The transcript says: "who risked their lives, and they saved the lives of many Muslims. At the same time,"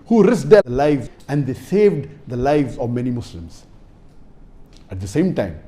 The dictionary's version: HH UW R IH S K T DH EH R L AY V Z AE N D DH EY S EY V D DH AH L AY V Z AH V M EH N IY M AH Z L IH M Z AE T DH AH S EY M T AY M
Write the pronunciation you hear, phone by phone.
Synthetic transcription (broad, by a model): HH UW R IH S T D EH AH L AY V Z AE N D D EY S EY V D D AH L AY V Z AH V M EH N IY M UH S L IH M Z AE T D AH S EY M T AY M